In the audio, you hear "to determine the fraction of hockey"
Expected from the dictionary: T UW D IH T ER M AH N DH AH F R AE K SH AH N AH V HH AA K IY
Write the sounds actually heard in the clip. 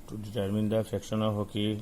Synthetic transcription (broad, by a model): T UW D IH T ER M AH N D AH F EH K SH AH N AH HH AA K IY